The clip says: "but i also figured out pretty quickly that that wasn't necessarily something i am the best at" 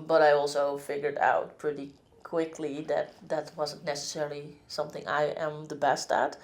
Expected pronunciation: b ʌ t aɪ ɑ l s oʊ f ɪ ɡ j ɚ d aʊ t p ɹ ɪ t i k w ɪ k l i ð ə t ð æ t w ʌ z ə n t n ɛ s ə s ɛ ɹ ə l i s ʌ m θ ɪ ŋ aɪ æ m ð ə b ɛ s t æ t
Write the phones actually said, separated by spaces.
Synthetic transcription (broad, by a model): b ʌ t aɪ ɑ l s oʊ f ɪ ɡ j ɚ d aʊ t p ɹ ɪ t i k w ɪ k l i ð ə t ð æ t w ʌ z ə n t n ɛ s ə s ɛ ɹ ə l i s ʌ m θ ɪ ŋ aɪ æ m ð ə b ɛ s t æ t